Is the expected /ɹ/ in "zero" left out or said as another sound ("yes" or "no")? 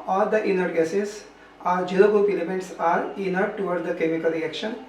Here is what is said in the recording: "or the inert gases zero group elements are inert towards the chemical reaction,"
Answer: yes